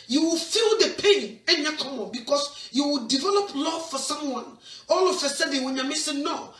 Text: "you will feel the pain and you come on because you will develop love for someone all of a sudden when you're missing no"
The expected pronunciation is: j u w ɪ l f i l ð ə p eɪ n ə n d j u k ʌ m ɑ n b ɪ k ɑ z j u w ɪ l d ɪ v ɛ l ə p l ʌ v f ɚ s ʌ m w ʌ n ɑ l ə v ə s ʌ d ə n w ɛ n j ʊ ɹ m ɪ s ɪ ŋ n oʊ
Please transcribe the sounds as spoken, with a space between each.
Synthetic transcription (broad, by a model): j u w ɪ l f i l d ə p eɪ n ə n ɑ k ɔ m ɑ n b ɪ k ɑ s j u w ɪ l d ɪ v ɛ l ə p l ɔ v f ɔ s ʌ m w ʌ n ɑ l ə f ə s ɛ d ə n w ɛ n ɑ m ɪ s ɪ n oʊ